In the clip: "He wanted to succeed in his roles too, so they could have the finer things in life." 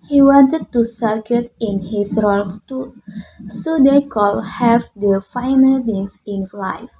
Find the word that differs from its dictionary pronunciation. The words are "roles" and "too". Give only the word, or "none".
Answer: roles